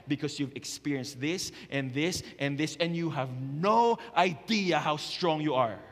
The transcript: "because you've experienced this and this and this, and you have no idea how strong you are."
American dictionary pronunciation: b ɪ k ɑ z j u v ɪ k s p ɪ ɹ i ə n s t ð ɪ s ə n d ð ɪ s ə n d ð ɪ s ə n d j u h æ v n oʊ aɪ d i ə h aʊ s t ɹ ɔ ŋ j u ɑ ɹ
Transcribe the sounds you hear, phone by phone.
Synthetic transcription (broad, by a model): b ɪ k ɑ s j u v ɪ k s p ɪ ɹ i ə n s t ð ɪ s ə n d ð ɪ s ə n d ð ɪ s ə n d j u h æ v n oʊ aɪ d i ə h aʊ s t ɹ ɔ ŋ j u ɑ ɹ